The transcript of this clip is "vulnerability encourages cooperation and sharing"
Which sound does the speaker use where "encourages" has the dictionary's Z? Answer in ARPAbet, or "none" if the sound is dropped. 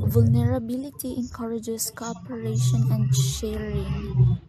S